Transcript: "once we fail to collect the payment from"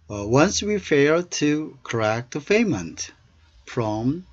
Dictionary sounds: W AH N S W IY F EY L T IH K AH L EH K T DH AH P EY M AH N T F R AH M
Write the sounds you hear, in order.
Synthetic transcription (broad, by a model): W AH N S W IY F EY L T IH K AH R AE K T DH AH F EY M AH N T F R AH M